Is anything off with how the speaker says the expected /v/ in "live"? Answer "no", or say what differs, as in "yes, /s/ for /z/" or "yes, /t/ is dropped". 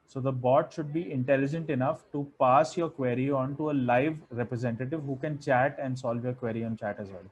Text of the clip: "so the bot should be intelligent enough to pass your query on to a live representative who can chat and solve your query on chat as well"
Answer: no